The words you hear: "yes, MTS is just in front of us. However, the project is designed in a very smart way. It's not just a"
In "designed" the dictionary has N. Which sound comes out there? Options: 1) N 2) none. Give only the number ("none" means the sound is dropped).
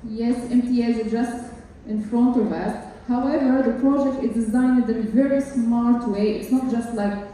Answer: 1